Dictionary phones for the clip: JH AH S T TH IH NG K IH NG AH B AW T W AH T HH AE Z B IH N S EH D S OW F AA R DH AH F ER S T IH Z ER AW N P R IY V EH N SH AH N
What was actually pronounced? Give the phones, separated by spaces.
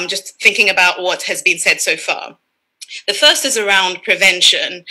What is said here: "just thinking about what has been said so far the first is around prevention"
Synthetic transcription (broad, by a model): JH AH S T TH IH NG K IH NG AH B AW T W AH T HH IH Z B IH N S EH D S OW F AA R DH AH F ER S T IH Z ER AW N P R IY V EH N SH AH N